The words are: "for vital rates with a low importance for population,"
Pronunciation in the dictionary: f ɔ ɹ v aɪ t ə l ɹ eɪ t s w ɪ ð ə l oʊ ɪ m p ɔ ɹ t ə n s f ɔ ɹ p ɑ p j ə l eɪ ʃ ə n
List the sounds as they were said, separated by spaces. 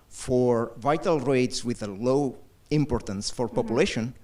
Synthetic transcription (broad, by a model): f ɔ ɹ v aɪ t ə l ɹ eɪ t s w ɪ ð ə l oʊ ɪ m p ɔ ɹ t ə n s f ɔ ɹ p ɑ p j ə l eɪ ʃ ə n